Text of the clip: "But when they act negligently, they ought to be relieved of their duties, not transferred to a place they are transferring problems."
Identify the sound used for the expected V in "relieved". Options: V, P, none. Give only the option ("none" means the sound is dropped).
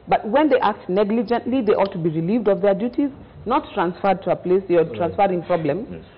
V